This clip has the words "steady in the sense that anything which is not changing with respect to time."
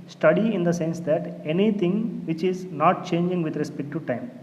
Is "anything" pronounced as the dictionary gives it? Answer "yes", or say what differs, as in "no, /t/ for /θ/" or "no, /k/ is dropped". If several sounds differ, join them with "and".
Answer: no, /t/ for /θ/